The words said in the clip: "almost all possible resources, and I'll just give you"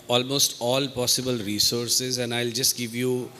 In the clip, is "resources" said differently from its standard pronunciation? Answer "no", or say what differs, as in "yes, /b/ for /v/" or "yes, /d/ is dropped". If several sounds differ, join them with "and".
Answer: no